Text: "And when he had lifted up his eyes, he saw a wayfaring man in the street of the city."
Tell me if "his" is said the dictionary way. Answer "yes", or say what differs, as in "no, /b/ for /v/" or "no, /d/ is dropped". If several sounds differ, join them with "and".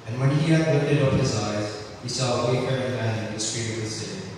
yes